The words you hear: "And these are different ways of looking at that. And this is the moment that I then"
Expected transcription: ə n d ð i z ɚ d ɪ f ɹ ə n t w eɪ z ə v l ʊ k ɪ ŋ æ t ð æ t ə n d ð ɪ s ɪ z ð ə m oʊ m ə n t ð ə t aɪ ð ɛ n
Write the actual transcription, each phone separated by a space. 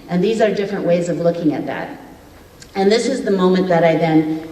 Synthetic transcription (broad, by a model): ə n ð i z ɚ d ɪ f ɹ ə n t w eɪ z ə v l ʊ k ɪ ŋ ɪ t ð æ t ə n ð ɪ s ɪ z ð ə m oʊ m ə n ð ə t aɪ ð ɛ n